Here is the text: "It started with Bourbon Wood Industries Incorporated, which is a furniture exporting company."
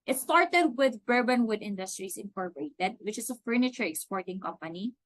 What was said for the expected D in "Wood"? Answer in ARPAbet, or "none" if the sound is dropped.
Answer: D